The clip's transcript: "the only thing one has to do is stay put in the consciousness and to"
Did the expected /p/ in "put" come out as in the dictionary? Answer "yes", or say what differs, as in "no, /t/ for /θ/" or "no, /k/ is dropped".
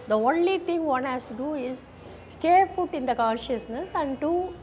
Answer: no, /f/ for /p/